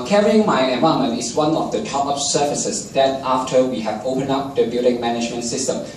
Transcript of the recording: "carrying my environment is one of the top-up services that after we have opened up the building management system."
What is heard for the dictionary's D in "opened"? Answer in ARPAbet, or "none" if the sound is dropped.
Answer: none